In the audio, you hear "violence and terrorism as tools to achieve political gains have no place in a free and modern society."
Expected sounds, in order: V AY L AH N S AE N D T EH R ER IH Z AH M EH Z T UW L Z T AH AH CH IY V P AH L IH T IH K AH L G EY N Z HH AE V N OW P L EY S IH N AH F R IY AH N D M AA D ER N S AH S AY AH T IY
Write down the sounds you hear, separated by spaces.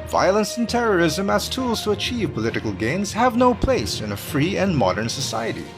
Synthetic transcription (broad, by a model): V AY L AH N S N T EH R ER IH Z AH M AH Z T UW L Z T AH AH CH IY V P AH L IH T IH K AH L G EY N Z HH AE V N OW P L EY S IH N AH F R IY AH N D M AA D ER N S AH S AY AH T IY